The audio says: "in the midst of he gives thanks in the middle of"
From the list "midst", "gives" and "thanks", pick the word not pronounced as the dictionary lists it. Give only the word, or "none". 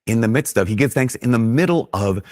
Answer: gives